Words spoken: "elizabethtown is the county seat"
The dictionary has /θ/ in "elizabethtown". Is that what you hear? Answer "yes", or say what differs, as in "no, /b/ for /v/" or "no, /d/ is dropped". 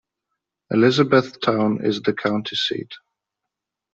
yes